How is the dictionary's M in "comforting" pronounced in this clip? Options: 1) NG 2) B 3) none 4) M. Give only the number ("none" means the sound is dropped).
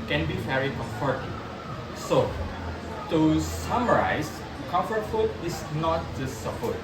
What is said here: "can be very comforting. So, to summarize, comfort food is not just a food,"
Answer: 3